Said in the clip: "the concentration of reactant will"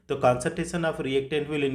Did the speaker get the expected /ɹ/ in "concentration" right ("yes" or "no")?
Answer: no